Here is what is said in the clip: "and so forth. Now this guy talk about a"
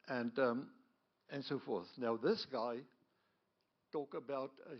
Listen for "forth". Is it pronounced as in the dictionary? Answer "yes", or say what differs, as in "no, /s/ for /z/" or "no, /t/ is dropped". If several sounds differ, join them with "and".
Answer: yes